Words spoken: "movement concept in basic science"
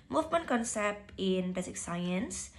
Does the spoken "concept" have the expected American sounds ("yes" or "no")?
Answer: yes